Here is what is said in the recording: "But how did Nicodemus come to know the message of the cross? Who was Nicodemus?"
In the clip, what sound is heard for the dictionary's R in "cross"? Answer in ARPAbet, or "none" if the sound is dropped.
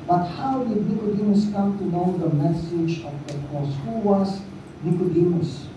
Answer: none